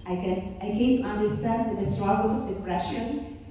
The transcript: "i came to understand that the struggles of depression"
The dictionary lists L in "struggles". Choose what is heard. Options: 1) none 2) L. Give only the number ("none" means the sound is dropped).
1